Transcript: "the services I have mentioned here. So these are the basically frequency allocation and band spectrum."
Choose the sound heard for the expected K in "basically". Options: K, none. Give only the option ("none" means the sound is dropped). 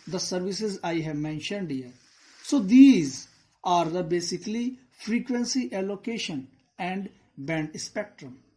K